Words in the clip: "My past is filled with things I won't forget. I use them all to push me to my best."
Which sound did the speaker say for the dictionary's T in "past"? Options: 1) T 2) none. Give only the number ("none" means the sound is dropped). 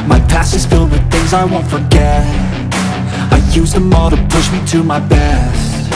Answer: 2